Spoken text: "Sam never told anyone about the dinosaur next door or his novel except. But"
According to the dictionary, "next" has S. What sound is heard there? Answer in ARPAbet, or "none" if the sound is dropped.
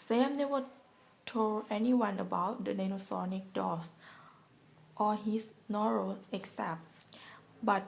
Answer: none